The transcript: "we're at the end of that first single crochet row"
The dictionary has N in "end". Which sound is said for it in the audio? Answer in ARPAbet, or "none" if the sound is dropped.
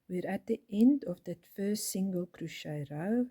N